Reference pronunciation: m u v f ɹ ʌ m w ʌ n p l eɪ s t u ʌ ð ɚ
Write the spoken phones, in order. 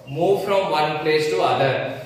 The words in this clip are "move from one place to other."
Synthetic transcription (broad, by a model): m u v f ɹ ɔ m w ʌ n p l eɪ s t u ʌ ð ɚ